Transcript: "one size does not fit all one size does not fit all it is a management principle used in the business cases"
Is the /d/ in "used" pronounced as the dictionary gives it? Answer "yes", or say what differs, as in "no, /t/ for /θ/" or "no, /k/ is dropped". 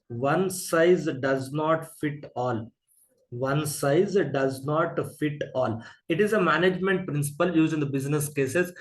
no, /d/ is dropped